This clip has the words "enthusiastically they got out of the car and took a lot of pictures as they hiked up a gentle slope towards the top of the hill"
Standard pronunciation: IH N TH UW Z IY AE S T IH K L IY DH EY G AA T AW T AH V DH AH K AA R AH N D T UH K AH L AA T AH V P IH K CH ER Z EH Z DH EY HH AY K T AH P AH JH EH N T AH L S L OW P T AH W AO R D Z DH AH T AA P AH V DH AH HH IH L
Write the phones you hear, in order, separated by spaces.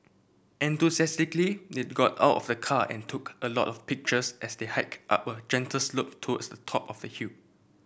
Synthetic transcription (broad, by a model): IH N T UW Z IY S T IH K L IY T G AA T AW T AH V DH AH K AA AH N T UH K AH L AA T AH F P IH K CH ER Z EH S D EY HH AY K T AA P AH JH EH N T AH L S L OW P T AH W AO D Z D AH T AA P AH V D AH HH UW